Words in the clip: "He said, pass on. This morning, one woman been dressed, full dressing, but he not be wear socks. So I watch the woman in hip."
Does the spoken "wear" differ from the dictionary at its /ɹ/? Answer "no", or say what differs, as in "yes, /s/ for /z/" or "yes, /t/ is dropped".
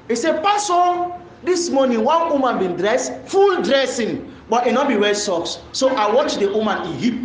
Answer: yes, /l/ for /ɹ/